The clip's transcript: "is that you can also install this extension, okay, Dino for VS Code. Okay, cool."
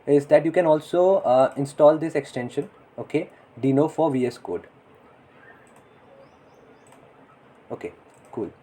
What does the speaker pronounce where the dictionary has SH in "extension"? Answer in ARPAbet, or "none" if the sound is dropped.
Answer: SH